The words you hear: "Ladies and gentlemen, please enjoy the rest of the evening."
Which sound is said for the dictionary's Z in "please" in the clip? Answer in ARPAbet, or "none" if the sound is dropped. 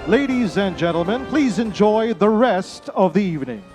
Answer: Z